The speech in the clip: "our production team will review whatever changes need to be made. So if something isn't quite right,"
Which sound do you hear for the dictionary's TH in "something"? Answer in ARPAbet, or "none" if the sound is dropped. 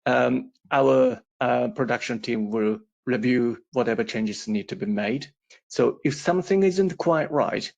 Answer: TH